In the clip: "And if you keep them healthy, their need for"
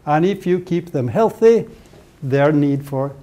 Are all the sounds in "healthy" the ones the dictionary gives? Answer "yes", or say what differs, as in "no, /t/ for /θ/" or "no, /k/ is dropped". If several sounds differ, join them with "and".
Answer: yes